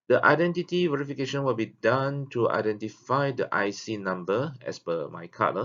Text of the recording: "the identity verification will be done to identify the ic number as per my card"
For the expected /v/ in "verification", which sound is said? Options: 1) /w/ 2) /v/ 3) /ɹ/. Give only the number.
2